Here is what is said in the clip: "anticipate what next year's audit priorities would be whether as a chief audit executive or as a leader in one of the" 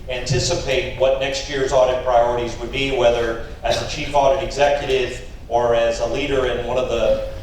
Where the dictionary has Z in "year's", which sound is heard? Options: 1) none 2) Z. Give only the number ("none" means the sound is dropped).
2